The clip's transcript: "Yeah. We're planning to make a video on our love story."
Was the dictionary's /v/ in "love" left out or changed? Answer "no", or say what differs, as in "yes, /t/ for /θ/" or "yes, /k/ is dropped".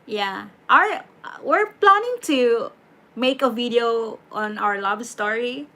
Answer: yes, /b/ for /v/